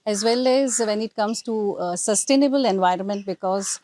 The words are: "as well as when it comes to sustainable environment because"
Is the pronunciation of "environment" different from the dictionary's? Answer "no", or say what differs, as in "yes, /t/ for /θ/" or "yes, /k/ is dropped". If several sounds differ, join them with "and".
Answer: no